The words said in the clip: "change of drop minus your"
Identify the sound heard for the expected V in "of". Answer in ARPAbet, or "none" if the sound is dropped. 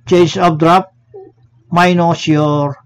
B